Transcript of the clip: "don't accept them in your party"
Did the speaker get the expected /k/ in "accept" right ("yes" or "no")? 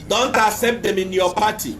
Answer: no